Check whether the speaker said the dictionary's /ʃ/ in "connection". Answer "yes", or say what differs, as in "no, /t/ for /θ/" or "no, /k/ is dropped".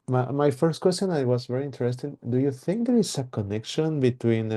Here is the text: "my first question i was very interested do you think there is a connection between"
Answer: yes